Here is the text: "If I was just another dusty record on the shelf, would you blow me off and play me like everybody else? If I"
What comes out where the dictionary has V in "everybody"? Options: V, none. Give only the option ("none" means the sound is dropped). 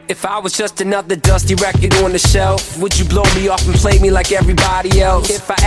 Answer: V